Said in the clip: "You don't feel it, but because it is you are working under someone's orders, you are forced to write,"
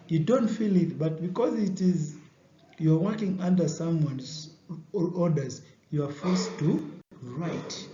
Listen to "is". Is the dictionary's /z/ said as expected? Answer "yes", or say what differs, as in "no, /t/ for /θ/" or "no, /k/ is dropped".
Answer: yes